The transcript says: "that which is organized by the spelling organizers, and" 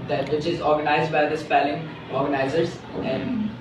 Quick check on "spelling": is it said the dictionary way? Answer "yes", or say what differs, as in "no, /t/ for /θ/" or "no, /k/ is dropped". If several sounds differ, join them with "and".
yes